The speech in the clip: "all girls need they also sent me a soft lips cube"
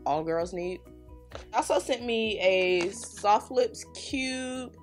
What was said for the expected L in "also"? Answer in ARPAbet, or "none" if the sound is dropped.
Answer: none